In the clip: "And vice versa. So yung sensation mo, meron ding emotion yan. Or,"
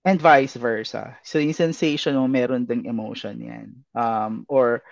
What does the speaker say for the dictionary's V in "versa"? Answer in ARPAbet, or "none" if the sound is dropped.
V